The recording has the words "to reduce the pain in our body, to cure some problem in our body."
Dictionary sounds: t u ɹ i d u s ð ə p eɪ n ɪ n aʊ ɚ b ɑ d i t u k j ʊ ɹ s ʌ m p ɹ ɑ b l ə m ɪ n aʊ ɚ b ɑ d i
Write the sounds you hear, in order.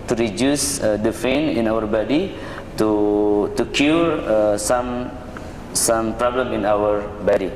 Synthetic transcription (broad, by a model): t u ɹ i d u s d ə f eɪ n ɪ n aʊ ɚ b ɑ d i t u k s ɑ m s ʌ m p ɹ ɑ b l ə m ɪ n aʊ ɚ b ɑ d i